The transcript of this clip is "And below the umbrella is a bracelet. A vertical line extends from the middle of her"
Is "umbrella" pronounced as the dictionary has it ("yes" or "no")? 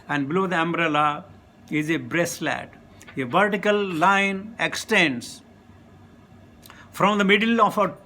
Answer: yes